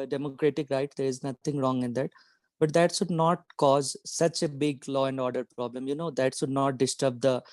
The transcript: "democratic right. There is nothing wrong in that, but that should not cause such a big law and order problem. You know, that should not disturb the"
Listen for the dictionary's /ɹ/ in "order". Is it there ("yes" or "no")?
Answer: yes